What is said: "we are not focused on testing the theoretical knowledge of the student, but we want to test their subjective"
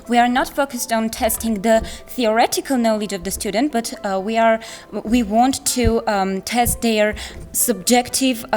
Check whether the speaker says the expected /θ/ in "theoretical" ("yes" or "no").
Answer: yes